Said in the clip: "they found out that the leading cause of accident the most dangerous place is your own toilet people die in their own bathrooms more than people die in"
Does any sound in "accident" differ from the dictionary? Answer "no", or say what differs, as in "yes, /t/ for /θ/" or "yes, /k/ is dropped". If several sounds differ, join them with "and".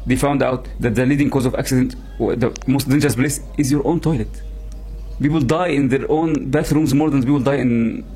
no